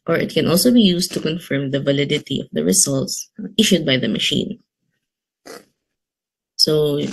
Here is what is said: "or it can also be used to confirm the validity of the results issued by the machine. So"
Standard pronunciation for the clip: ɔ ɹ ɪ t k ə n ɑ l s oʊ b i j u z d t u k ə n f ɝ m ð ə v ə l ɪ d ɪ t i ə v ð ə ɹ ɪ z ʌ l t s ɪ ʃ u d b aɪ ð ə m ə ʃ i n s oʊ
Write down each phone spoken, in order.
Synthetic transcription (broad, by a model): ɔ ɹ ɪ t k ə n ɑ l s oʊ b i j u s t u k ə n f ɝ m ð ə v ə l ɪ d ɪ t i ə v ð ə ɹ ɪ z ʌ l t s ɪ ʃ u d b aɪ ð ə m ə ʃ i n s oʊ